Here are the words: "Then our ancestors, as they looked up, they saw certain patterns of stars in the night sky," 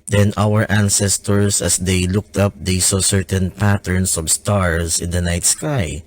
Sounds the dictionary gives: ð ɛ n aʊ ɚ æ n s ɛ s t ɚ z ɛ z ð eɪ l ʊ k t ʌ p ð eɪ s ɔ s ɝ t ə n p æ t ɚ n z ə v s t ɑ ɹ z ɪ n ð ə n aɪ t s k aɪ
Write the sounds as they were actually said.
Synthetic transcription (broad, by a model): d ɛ n aʊ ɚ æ n s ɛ s t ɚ s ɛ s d eɪ l ʊ k t ʌ p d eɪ s ɔ s ɝ t ə n p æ t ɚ n s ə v s t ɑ ɹ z ɪ n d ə n aɪ t s k aɪ